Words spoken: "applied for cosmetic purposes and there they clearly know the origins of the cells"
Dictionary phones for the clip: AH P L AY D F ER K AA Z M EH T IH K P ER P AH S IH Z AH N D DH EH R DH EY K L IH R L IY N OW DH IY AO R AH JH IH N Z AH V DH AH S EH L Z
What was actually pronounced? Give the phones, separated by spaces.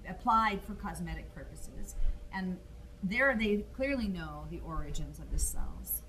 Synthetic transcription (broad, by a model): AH P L AY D F ER K AA Z M EH T IH K P ER P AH S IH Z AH N DH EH R DH EY K L IH R L IY N OW DH IY AO R AH JH IH N Z AH V DH AH S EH L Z